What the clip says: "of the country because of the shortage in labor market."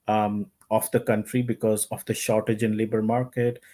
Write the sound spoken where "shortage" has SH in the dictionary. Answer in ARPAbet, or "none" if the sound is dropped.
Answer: SH